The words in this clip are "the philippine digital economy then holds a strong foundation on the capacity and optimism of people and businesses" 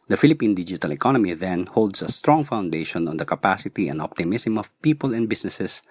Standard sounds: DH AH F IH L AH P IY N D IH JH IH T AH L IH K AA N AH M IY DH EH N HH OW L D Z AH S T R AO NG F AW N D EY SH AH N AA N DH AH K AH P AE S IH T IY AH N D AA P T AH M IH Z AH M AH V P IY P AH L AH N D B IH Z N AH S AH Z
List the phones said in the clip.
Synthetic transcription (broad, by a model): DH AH F IH L AH P IY N D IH JH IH T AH L IH K AA N AH M IY DH EH N HH OW L D S AH S T R AO NG F AW N D EY SH AH N AA N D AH K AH P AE S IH T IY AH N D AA P T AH M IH S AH M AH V P IY P AH L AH N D B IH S N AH S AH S